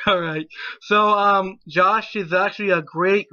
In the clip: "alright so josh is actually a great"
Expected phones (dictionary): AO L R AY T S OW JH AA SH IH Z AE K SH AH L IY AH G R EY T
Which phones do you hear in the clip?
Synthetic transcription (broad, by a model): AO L R AY T S OW JH AA SH IH Z AE K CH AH L IY AH G R EY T